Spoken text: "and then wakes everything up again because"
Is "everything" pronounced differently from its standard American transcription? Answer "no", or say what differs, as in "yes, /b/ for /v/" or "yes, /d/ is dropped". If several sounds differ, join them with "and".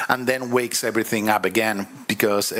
no